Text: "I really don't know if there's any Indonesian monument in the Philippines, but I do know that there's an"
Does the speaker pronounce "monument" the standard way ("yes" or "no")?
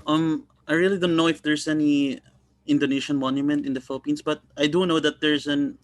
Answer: yes